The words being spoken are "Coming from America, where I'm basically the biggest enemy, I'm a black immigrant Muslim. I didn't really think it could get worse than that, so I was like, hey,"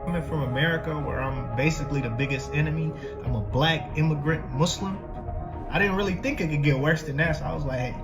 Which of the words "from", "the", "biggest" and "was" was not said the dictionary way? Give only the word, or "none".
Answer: none